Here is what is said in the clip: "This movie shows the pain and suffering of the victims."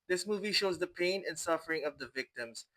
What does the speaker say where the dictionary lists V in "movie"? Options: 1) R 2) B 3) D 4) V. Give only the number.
4